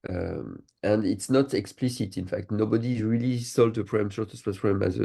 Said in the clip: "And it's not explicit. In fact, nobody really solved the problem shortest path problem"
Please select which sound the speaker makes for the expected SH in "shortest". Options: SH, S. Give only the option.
S